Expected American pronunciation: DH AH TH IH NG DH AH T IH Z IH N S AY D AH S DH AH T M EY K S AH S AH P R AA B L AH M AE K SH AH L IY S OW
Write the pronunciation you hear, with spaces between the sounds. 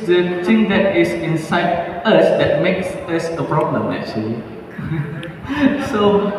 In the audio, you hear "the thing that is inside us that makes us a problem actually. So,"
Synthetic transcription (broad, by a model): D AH T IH NG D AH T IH S IH N S AY D AH S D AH T M EY K S AH S AH P R AA B L AH M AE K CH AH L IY S OW